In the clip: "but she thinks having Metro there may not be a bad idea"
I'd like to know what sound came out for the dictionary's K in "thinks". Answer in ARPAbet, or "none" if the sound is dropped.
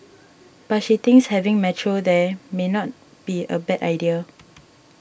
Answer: none